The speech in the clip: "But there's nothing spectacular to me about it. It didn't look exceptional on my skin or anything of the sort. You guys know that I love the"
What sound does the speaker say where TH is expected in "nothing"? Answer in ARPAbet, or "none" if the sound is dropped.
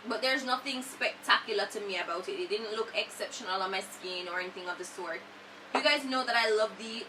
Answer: TH